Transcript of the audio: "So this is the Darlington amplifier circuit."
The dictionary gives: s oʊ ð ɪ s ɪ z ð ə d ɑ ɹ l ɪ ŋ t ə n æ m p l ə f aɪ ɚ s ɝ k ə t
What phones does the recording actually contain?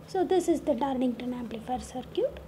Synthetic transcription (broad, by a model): s oʊ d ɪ s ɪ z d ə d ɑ ɹ n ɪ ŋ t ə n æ m p l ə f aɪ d s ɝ k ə t